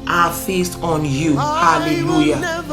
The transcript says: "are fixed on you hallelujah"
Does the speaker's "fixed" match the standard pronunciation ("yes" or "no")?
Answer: no